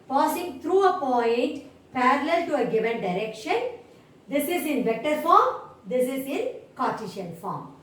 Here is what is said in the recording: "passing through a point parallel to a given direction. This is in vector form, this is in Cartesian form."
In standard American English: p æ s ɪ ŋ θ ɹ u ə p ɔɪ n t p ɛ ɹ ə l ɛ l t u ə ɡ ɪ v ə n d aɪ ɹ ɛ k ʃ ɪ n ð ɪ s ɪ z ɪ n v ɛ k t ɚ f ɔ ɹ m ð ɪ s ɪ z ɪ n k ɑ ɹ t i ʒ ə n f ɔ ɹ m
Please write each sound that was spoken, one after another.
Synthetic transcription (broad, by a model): p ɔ s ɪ ŋ t ɹ u ə p ɔɪ n t p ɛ ɹ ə l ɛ l t u ə ɡ ɪ v ə n d aɪ ɹ ɛ k ʃ ɪ n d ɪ s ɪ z ɪ n v ɛ k t ɚ f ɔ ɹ m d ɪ s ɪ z ɪ n k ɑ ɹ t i ʃ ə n f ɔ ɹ m